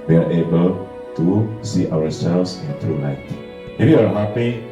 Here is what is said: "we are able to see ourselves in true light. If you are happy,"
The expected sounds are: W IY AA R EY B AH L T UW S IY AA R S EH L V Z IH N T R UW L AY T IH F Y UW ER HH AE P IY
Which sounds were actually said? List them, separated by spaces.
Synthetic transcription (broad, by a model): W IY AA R EY B AH L T UW S IY AA W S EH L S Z IH N T R UW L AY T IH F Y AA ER HH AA P IY